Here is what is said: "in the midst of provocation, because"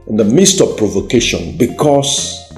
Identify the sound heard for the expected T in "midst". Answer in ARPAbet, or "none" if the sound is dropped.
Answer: T